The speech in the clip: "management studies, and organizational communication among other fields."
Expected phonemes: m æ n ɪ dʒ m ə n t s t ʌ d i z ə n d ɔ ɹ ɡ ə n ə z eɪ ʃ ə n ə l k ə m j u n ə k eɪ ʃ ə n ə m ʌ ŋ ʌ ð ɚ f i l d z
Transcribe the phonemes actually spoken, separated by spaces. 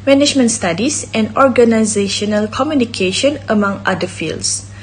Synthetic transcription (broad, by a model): m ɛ n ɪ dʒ m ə n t s t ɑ d i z ə n d ɔ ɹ ɡ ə n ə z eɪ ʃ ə n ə l k ə m j u n ə k eɪ ʃ ə n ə m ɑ ŋ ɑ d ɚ f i l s